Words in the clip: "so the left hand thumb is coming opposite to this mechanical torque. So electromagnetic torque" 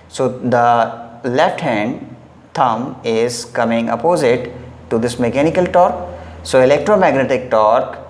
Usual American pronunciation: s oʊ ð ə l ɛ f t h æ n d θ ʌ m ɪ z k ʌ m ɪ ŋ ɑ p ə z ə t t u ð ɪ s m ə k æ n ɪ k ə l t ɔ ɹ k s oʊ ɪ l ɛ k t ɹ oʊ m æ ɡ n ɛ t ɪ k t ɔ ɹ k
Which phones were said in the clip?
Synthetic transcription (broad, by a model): s oʊ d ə l ɛ f t h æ n d t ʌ m ɪ z k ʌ m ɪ ŋ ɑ p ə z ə t t u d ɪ s m ə k æ n ɪ k ə l t ɔ ɹ k s oʊ ɪ l ɛ k t ɹ oʊ m æ ɡ n ɛ t ɪ k t ɔ ɹ k